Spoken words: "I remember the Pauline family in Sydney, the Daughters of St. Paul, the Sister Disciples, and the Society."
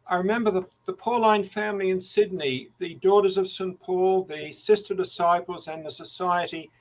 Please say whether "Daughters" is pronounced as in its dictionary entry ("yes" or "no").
yes